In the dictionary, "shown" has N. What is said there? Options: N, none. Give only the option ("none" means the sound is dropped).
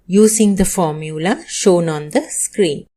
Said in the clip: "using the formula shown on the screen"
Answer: N